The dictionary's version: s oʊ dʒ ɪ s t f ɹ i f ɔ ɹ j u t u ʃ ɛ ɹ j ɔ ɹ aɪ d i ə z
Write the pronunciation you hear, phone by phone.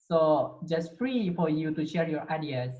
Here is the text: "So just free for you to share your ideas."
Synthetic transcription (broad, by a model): s oʊ dʒ ɪ s t f ɹ i f ɔ ɹ j u t u ʃ ɛ ɹ j ɔ ɹ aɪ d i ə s